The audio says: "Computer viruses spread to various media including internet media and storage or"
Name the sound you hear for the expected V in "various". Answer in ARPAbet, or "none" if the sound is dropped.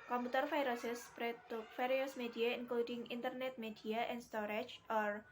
F